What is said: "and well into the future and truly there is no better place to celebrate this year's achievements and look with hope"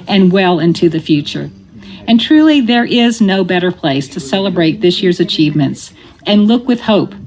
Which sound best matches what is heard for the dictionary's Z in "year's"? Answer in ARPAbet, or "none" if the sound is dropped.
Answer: Z